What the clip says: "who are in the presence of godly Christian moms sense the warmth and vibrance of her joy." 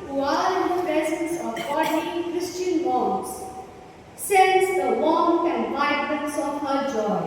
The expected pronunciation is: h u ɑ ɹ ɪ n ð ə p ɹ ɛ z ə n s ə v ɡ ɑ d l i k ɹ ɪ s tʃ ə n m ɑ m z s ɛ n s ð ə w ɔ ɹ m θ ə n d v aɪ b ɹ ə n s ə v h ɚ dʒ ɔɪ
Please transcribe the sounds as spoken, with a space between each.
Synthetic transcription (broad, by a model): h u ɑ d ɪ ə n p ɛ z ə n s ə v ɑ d i k ɹ ɪ s tʃ ə n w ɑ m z s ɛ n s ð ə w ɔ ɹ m ə n d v aɪ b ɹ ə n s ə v h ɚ dʒ ɔɪ